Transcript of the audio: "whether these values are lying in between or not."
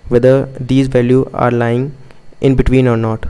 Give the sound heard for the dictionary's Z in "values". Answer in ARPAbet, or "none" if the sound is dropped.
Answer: none